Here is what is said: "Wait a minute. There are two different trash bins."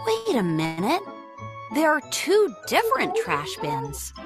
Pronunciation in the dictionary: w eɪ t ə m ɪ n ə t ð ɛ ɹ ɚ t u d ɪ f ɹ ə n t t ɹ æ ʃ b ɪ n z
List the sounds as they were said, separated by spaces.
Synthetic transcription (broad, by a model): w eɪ t ə m ɪ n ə t ð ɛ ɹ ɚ t u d ɪ f ɹ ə n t t ɹ æ ʃ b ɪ n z